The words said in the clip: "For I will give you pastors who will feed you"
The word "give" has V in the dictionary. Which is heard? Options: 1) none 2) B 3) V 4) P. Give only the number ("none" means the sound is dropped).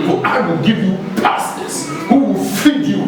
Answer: 3